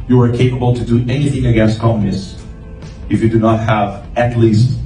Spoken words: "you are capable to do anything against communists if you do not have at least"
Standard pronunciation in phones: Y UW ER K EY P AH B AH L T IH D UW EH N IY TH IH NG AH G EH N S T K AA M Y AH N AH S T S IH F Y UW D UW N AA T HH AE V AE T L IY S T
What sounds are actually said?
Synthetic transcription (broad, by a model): Y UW ER K EY P AH B AH L T IH D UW EH N IY TH IH NG AH G EH N S T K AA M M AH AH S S IH F Y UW D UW N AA T HH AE V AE T L IY S T